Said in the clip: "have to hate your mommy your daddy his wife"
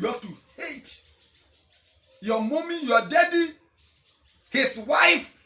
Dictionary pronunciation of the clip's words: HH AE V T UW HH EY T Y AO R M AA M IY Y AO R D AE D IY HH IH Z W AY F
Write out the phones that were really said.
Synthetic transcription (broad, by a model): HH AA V T UW HH EY T Y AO M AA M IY Y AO D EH D IY HH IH S W AY F